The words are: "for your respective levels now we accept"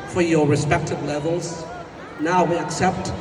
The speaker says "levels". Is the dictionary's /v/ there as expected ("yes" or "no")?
yes